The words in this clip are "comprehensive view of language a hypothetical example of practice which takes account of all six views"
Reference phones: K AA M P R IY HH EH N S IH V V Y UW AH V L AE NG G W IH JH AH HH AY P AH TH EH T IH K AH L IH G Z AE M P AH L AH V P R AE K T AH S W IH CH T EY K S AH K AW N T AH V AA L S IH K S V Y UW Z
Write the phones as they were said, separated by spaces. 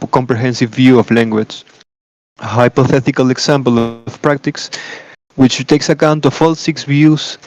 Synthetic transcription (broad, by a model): K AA M P R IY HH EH N S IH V V Y UW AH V L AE NG G W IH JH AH HH AY P AH TH EH T IH K AH L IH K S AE M P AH L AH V P R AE K T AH S W IH CH T EY K S AH K AW N T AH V AA L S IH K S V Y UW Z